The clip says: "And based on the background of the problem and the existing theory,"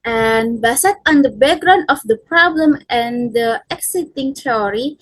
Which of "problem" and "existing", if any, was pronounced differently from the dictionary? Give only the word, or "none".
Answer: existing